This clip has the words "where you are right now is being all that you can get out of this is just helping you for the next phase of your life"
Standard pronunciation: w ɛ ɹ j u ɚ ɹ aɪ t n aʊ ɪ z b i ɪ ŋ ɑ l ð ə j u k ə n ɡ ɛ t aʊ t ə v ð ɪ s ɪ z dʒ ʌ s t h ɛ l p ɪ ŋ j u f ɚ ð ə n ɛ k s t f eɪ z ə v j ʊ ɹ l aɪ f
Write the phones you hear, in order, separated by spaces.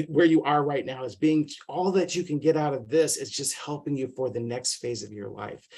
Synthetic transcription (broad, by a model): w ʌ ɹ j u ɚ ɹ aɪ t n aʊ ɪ z b i ɪ ŋ ɑ l ð ə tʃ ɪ k ə n ɡ ɛ t aʊ t ə v ð ɪ s ɪ z dʒ ʌ s t h ɛ l p ɪ ŋ j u f ɚ ð ə n ɛ k s t f eɪ z ə v j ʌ ɹ l aɪ f